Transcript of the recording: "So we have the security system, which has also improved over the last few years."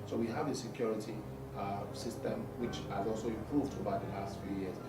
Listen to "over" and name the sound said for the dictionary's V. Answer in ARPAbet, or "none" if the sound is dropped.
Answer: B